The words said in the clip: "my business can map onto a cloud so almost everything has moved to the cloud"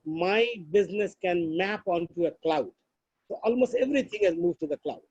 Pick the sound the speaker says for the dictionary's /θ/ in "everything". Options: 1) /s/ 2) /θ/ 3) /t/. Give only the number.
3